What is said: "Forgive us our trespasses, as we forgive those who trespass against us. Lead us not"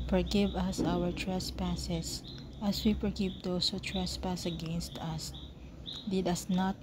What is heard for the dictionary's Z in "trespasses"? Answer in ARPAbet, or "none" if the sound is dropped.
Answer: S